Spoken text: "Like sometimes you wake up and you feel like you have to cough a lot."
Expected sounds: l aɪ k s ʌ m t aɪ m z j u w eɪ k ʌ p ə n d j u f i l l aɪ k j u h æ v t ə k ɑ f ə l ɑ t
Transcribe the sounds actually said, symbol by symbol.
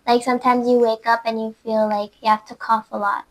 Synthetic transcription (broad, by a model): l aɪ k s ʌ m t aɪ m z j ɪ w eɪ k ʌ p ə n j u f i l l aɪ k j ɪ h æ f t ə k ɑ f ə l ɑ t